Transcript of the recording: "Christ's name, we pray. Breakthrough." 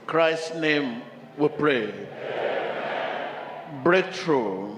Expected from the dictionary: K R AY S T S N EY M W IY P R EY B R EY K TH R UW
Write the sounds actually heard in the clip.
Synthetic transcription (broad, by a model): K R AY S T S N EY M W IY P R EY B R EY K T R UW